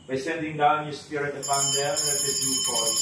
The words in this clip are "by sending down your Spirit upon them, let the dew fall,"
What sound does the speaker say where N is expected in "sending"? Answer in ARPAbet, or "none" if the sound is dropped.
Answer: N